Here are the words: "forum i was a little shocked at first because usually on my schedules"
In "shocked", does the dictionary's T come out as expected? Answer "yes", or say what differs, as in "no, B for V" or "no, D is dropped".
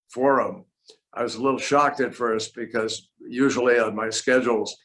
yes